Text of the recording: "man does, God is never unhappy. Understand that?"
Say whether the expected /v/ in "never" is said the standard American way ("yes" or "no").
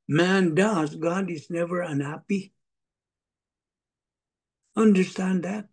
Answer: yes